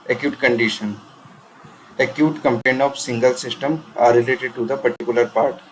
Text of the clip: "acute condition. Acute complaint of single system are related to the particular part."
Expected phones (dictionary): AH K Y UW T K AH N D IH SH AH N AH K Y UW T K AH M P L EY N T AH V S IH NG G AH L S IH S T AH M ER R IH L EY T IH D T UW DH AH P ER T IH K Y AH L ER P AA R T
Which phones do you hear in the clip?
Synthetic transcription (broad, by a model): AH K Y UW T K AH N D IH SH AH N AH K Y UW T K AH M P EY N AH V S IH NG G AH L S IH S T AH M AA R IH L EY T IH D T UW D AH P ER T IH K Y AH L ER P AA R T